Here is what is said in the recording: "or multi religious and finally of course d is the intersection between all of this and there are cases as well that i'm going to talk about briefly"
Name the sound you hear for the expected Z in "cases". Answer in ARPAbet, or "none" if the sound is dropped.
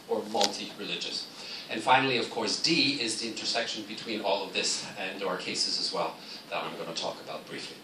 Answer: Z